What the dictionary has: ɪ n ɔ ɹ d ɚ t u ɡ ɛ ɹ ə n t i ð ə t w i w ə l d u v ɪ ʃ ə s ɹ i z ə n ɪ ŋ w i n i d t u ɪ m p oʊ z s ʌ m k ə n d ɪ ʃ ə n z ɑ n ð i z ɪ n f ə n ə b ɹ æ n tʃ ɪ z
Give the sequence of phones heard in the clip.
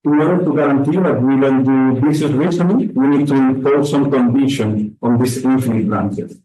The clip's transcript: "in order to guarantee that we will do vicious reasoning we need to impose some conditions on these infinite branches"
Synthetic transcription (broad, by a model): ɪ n ɔ ɹ d ɚ t u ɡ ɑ ɹ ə n t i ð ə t w i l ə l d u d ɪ s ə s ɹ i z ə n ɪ w i n i d t u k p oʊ s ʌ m k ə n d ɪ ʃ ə n ɑ n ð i s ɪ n f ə n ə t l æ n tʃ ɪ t